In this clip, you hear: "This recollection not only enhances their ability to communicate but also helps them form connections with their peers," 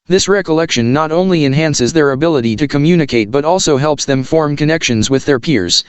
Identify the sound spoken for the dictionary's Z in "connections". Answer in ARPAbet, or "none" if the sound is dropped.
Z